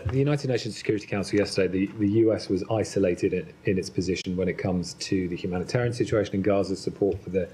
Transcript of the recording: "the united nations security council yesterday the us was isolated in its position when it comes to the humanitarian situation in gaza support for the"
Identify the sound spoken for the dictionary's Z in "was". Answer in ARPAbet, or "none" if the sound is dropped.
Z